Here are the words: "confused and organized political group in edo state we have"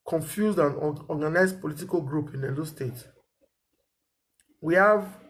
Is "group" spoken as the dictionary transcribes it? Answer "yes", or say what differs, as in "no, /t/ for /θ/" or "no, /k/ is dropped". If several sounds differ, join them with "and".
yes